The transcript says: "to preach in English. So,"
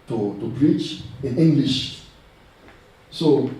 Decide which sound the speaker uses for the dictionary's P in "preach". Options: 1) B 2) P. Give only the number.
1